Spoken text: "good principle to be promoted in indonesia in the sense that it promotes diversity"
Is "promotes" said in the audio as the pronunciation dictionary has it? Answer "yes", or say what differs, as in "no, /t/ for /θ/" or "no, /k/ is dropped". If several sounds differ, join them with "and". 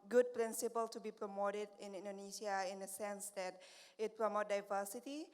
no, /s/ is dropped